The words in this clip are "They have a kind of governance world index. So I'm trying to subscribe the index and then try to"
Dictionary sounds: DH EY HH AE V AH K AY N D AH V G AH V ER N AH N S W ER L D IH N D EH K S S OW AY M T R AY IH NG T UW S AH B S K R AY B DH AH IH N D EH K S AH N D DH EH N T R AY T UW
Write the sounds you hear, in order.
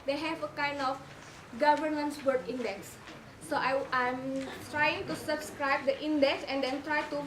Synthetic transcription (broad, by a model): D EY HH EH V AH K AY N D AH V G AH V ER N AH N S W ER D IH N D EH K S S OW AY M T R AY IH NG T UW S AH B S K R AY B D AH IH N D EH K S AH N D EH N T R AY T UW